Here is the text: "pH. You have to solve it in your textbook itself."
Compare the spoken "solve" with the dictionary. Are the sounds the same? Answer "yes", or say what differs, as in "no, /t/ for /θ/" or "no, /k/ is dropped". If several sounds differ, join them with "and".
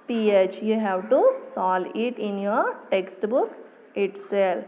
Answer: no, /v/ is dropped